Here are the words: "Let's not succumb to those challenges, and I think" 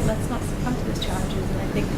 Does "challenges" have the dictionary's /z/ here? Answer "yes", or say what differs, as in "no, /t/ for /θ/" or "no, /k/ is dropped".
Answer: yes